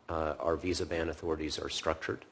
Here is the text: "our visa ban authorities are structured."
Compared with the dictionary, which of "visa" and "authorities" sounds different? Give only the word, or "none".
none